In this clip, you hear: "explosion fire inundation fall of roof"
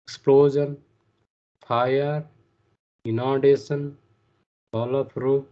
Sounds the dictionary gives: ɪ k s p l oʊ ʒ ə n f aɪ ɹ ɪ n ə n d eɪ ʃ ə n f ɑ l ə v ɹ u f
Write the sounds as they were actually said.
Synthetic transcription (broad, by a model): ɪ k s p l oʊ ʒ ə n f aɪ ɹ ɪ n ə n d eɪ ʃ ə n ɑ l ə p ɹ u